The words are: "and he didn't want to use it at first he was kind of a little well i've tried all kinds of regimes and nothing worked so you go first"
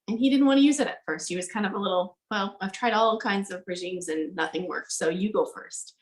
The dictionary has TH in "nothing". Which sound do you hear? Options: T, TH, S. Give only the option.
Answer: TH